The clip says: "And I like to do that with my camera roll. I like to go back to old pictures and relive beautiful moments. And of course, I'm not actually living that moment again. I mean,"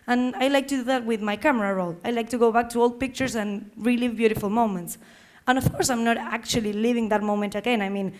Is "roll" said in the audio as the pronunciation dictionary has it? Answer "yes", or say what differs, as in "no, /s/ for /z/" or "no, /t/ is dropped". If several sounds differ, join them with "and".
yes